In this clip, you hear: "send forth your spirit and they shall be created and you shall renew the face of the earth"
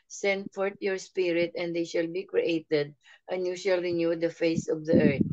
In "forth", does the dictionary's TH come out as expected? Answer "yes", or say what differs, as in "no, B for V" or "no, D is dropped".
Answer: no, T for TH